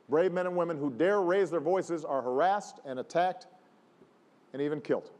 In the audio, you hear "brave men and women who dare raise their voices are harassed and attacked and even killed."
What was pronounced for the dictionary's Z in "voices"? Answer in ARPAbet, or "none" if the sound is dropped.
Z